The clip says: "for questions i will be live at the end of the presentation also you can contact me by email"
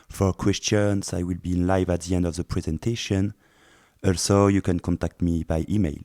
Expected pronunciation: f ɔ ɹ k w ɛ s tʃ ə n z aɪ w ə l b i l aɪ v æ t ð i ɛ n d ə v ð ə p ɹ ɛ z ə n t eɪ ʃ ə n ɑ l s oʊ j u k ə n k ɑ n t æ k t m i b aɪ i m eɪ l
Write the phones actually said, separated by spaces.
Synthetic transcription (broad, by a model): f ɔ ɹ k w ɛ s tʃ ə n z aɪ w ə l b i l aɪ v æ t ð i ɛ n d ə v ð ə p ɹ ɛ z ə n t eɪ ʃ ə n ɑ l s oʊ j u k ə n k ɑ n t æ k t m i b aɪ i m eɪ l